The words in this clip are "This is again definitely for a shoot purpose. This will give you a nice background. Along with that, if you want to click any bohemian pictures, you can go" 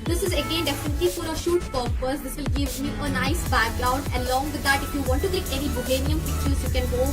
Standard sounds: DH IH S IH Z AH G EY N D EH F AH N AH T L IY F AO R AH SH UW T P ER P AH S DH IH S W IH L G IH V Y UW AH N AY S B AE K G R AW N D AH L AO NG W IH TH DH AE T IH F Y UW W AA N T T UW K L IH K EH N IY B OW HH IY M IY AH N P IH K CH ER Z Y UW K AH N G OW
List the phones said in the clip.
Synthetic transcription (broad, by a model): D IH S IH Z AH G EY N D EH F AH N AH T L IY F AO R AH SH UW T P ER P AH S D IH S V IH L G IH V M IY AH N AY S B AE K G R AW N D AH L AO NG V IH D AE T IH F Y UW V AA N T T UW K IH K EH N IY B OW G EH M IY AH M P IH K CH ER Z Y UW K AH N G OW